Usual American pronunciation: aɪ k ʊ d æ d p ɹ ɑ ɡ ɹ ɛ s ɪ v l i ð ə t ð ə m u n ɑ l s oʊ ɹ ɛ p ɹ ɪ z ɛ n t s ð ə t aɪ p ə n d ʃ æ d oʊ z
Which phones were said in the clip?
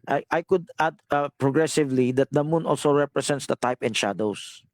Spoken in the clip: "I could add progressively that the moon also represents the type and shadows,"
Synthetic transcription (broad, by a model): aɪ k ʊ d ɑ d p ɹ ɑ ɡ ɹ ɛ s ɪ v l i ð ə t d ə m u n ɑ l s oʊ ɹ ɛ p ɹ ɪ s ɛ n t s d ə t aɪ p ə n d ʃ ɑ d oʊ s